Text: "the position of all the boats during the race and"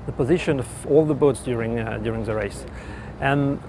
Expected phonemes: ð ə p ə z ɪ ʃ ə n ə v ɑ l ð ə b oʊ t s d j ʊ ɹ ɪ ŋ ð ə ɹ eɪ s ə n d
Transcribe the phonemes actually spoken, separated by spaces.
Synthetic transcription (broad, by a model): ð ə p ə z ɪ ʃ ə n ə v ɑ l ð ə b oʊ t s d j ʊ ɹ ɪ ŋ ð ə ɹ eɪ s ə n